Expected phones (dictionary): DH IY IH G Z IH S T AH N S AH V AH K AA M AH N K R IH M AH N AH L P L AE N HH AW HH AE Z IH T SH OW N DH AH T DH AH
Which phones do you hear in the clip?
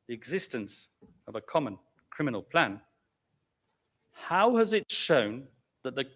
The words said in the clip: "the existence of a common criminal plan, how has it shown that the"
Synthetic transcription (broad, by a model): DH IY IH G Z IH S T AH N S AH V AH K AA M AH N K R IH M AH N AH L P L AE N HH AW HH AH Z IH T SH OW N DH AH T DH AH